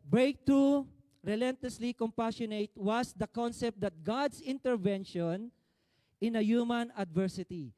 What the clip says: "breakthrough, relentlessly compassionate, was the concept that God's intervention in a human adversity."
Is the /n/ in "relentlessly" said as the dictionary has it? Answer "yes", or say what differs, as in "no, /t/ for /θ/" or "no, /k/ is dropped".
yes